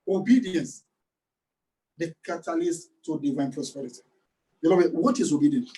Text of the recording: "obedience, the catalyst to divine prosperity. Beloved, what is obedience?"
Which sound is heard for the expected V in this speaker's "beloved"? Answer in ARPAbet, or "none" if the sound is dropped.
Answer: B